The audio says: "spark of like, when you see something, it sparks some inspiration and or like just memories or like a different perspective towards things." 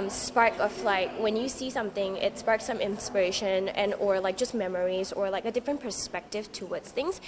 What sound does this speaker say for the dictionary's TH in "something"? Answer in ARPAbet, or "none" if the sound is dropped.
TH